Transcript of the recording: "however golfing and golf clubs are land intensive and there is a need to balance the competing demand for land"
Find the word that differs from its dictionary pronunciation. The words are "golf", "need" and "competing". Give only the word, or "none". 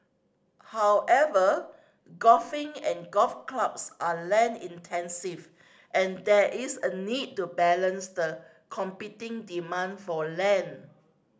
golf